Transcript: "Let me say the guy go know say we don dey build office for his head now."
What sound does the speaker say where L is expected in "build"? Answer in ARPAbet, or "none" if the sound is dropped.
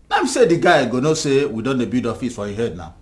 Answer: none